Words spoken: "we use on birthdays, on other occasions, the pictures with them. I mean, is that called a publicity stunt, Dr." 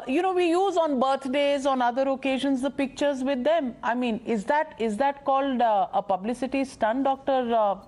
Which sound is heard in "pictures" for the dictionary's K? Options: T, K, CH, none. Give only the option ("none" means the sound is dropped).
K